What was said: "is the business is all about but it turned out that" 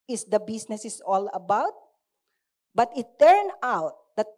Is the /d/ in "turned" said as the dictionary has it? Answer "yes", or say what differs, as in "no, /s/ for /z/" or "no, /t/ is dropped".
no, /d/ is dropped